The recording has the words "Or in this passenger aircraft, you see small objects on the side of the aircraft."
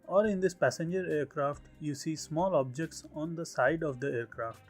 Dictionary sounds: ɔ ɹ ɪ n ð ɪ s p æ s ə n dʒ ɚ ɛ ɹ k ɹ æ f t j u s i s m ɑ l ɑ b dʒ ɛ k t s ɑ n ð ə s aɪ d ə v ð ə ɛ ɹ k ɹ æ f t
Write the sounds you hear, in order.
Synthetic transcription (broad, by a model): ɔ ɹ ɪ n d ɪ s p æ s ə n dʒ ɚ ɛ ɹ k ɹ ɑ f t j u s i s m ɑ l ɑ b dʒ ɛ k t s ɑ n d ə s aɪ d ə v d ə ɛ ɹ k ɹ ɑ f t